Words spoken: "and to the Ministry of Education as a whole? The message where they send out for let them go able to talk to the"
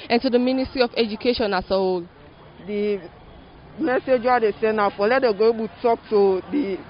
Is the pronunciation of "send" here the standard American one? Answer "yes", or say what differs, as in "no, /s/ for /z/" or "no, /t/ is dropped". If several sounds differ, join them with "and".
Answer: no, /d/ is dropped